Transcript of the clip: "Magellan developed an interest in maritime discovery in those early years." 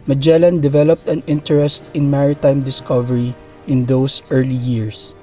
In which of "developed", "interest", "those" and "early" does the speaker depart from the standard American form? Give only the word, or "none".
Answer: those